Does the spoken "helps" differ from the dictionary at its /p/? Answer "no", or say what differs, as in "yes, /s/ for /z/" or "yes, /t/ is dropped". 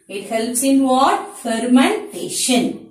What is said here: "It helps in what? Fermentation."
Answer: no